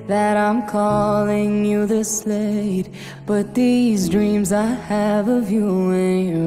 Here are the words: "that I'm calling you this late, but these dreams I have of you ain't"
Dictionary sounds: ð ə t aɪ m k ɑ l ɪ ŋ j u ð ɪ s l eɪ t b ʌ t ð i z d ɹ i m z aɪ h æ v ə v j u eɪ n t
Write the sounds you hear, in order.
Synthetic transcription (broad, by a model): ð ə t aɪ m k ɑ l ɪ ŋ j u ð ɪ s l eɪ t b ʌ t ð i z d ɹ i m z aɪ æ v ə v j u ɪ n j